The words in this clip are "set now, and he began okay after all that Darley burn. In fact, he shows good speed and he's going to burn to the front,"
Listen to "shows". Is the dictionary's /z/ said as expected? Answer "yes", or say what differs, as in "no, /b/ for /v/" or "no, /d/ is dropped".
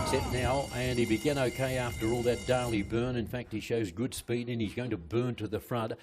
yes